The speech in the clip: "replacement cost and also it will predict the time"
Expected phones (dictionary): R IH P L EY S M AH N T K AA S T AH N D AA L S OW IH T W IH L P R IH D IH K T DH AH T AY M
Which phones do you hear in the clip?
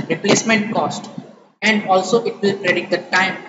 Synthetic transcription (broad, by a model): R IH P L EY S M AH N T K AA S T AH N D AA L S OW IH T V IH L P R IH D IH T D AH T AY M